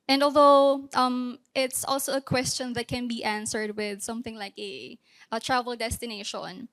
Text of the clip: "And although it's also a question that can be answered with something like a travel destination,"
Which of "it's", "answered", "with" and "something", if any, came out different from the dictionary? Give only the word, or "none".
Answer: none